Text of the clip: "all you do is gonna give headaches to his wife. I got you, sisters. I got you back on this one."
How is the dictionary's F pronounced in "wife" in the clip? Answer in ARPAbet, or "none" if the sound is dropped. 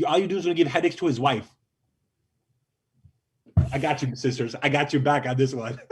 F